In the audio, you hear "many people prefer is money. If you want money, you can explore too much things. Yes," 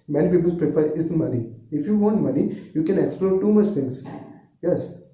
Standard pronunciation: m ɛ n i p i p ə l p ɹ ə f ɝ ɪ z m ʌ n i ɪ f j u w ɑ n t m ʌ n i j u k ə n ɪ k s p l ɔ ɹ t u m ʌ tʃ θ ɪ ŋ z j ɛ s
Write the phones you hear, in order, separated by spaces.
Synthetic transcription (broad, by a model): m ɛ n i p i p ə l p ɹ ə f ɝ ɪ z m ʌ n i ɪ f j u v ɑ n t m ʌ n i j u k ə n ɪ k s p l ɔ ɹ t u m ʌ tʃ t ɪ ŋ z j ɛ s